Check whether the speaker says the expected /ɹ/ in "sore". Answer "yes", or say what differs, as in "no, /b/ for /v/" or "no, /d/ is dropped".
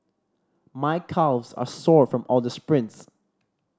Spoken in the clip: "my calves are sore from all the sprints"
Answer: yes